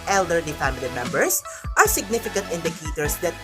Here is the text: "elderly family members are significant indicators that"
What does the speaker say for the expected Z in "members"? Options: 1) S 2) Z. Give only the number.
1